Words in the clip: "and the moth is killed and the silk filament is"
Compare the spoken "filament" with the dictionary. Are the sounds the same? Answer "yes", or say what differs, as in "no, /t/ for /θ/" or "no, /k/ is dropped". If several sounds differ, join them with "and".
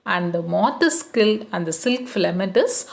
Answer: no, /n/ is dropped